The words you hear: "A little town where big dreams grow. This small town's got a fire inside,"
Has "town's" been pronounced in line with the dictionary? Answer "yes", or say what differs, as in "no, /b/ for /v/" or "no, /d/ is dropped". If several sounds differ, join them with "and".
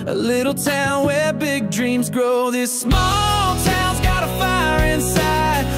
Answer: yes